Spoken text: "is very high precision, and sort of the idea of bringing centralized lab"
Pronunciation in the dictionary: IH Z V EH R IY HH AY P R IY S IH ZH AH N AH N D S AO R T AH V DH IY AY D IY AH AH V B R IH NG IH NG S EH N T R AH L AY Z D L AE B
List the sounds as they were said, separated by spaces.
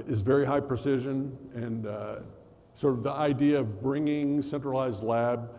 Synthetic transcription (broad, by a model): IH Z V EH R IY HH AY P R IY S IH ZH AH N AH N S AO R T AH V DH IY AY D IY AH AH V B R IH NG IH NG S EH N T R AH L AY Z D L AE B